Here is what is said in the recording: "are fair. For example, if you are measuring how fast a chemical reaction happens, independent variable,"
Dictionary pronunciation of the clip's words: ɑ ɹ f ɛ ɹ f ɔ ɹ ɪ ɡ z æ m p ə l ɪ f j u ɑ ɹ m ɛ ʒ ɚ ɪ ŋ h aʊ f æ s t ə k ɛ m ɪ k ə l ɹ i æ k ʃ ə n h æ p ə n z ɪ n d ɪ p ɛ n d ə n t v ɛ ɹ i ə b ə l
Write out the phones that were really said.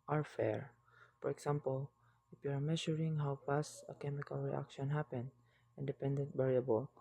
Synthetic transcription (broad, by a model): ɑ ɹ f ɛ ɹ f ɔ ɹ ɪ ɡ s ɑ m p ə l ɪ f j u ɑ ɹ m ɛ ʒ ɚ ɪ ŋ h aʊ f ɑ s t ə k ɛ m ɪ k ə l ɹ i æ k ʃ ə n h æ p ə n ɪ n d ɪ p ɛ n d ə n t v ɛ ɹ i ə b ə l